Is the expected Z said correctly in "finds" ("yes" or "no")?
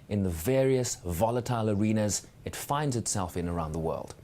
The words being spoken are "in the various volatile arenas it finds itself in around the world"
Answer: yes